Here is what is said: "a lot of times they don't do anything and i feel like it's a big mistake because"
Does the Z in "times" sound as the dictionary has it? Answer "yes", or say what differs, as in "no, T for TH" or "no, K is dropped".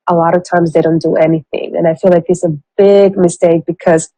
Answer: yes